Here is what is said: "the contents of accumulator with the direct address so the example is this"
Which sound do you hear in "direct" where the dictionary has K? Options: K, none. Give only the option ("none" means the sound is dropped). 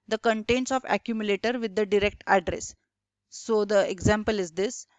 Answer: K